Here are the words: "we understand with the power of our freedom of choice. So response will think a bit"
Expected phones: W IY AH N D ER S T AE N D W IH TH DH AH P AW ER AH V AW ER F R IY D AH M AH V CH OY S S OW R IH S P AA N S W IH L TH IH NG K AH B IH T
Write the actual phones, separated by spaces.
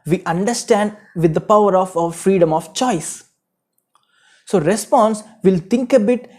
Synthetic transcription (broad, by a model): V IY AH N D ER S T AE N D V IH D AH P AW ER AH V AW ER F R IY D AH M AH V CH OY S S OW R IH S P AA N S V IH L T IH NG K AH B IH T